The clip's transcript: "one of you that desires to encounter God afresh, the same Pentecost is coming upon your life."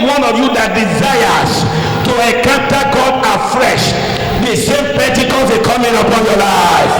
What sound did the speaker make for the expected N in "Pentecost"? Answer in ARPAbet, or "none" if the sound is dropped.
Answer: none